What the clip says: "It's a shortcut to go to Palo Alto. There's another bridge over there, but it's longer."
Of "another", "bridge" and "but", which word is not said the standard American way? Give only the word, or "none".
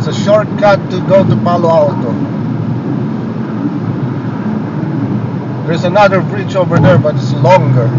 bridge